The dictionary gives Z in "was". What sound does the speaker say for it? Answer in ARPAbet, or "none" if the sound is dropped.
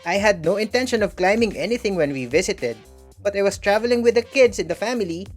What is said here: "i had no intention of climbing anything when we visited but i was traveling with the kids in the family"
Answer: S